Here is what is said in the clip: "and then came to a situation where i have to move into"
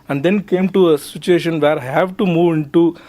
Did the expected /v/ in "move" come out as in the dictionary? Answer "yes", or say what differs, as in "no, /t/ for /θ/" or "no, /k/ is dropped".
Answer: yes